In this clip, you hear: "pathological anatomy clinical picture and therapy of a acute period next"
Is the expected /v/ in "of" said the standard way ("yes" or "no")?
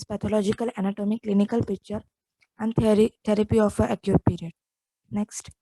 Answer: no